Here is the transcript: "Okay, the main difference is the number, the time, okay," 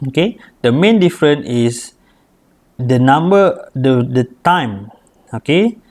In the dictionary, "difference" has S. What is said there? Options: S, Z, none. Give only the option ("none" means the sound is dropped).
none